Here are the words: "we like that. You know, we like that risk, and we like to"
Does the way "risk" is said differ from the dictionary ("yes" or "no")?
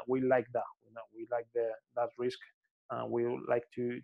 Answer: no